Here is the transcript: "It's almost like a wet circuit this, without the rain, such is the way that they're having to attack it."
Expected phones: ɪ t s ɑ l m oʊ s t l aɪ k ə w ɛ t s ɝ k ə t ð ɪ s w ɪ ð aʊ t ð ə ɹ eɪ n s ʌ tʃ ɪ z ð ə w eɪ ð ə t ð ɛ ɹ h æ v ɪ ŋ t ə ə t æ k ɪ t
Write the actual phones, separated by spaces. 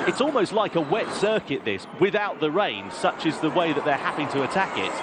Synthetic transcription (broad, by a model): ɪ t s ɑ l m oʊ s t l aɪ k ə w ɛ t s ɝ k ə t ð ɪ s w ɪ ð aʊ t ð ə ɹ eɪ n s ʌ tʃ ɪ z ð ə w eɪ ð ə t ð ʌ ɹ h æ p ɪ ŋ t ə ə t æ k ɪ t